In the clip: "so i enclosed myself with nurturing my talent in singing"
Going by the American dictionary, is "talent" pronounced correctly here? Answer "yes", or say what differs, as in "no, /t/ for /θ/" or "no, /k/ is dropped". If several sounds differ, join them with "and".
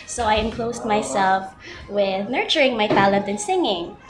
no, /n/ is dropped